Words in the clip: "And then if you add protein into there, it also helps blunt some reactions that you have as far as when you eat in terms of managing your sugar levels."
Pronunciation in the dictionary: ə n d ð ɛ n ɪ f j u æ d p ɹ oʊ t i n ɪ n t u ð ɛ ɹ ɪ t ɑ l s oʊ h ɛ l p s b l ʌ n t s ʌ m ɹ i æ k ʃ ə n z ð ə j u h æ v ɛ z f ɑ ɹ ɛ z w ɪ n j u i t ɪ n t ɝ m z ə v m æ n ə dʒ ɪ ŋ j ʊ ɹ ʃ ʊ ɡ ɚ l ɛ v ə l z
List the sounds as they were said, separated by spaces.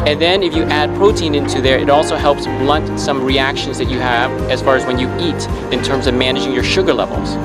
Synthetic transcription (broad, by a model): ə n ð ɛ n ɪ f j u æ d p ɹ oʊ t i n ɪ n t u ð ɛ ɹ ɪ t ɑ l s oʊ h ɛ l p s b l ʌ n t s ʌ m ɹ i æ k ʃ ə n z ð ə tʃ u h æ v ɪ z f ɑ ɹ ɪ z w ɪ n j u i t ɪ n t ɝ m z ə v m æ n ə dʒ ɪ ŋ j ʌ ɹ ʃ ʊ ɡ ɚ l ɛ v l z